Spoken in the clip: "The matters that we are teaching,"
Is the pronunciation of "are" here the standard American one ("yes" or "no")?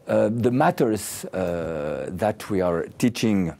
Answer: yes